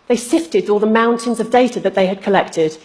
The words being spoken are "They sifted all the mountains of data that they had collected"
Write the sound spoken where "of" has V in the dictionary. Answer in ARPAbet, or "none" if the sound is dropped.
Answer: V